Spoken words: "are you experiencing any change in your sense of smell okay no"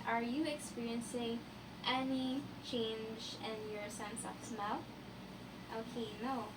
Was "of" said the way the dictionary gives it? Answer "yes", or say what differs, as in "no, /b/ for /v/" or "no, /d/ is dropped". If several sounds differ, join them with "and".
no, /p/ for /v/